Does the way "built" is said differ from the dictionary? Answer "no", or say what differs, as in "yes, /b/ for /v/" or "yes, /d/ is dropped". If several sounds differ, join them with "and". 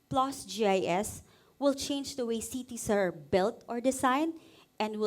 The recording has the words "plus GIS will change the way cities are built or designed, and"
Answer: no